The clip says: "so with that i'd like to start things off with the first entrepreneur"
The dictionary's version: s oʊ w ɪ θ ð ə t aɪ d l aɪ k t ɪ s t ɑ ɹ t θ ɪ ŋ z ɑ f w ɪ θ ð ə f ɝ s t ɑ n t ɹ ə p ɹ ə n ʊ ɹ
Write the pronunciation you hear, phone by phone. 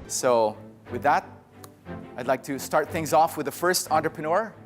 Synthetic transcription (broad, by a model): s oʊ w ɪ ð ə t aɪ d l aɪ k t ɪ s t ɑ ɹ t θ ɪ ŋ z ɑ f w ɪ ð ə f ɝ s t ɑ n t ɹ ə p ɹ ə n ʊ ɹ